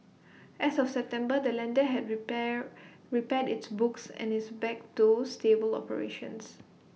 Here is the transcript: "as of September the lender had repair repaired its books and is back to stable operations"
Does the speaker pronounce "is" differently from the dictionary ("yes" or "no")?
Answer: yes